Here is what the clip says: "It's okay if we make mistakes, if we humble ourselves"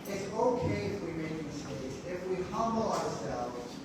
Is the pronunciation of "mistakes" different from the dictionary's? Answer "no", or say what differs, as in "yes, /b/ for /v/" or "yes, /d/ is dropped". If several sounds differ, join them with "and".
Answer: yes, /k/ is dropped